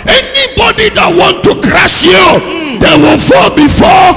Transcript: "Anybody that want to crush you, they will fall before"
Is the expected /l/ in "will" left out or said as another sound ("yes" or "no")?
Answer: yes